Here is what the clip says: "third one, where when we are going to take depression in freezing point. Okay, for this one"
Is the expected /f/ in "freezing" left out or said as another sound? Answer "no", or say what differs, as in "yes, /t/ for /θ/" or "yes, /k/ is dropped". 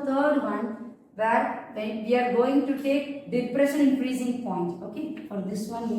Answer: yes, /p/ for /f/